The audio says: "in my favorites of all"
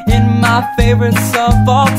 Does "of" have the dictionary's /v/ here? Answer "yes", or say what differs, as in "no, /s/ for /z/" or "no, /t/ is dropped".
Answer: no, /f/ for /v/